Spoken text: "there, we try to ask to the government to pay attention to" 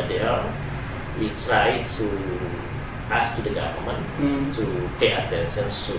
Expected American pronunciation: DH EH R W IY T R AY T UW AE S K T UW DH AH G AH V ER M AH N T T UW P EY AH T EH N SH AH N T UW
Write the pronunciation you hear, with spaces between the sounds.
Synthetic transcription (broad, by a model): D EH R W IY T R AY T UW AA S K T UW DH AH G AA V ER M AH N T T UW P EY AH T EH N S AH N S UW